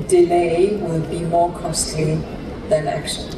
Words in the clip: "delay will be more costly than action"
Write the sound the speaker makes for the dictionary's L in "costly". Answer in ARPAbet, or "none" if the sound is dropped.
none